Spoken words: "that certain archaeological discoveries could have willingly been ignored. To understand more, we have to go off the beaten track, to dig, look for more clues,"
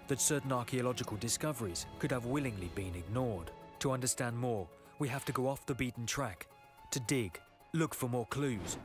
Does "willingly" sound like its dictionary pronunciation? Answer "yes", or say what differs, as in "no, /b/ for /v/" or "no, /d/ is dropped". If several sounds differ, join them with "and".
yes